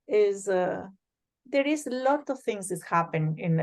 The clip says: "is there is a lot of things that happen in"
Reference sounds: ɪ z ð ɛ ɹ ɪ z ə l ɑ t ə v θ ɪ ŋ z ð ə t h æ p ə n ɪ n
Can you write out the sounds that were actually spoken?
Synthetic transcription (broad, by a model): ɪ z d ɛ ɹ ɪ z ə l ɑ t ə v t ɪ ŋ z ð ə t h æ p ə n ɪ n